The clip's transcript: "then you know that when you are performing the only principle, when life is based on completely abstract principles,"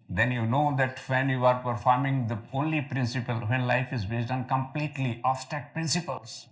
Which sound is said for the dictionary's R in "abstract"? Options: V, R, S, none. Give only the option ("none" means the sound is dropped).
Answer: none